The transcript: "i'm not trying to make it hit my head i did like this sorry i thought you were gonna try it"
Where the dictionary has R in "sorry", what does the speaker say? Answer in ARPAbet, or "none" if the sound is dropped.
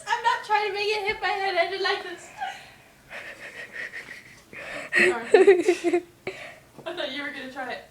none